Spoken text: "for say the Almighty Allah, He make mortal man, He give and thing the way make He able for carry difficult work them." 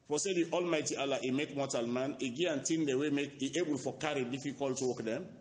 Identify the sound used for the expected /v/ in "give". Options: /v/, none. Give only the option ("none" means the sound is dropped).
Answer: none